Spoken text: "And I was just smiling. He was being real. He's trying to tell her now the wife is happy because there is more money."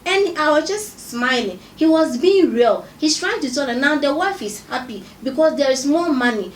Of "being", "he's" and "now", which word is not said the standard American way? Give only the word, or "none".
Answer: he's